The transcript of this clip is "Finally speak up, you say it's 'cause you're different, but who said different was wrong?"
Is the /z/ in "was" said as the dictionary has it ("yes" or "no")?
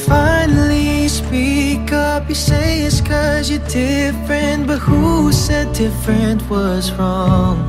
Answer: yes